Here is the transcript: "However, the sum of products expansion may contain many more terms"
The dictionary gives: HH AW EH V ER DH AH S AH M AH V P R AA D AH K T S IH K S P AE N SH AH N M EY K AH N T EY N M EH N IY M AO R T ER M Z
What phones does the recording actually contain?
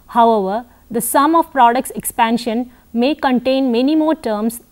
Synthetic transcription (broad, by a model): HH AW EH V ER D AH S AH M AH V P R AA D AH K T S IH K S P AE N SH AH N M EY K AH N T EY N M EH N IY M AO R T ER M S